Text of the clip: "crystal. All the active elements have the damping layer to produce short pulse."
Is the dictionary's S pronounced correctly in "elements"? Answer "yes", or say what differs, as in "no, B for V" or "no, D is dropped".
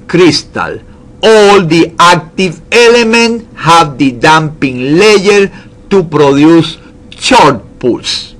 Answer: no, S is dropped